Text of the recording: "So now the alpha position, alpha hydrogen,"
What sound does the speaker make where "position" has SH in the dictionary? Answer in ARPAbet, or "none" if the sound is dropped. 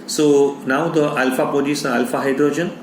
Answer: S